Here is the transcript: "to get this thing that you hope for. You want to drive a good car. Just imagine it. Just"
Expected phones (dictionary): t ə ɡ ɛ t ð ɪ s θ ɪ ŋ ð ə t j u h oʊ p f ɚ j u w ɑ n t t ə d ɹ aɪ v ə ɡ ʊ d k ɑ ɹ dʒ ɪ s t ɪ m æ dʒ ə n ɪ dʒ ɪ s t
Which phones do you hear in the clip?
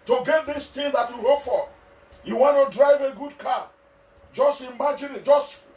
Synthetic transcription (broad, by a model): t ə ɡ ɛ t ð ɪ s t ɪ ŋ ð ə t j u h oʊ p f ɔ j u w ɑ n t t ə d ɹ aɪ v ə ɡ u d k ɑ dʒ ɪ s t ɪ m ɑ dʒ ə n ɪ dʒ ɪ s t